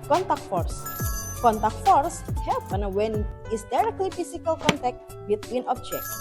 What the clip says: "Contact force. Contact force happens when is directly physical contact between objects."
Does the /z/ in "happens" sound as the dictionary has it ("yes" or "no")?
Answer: no